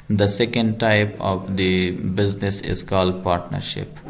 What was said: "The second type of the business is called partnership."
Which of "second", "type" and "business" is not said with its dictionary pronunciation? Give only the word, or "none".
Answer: none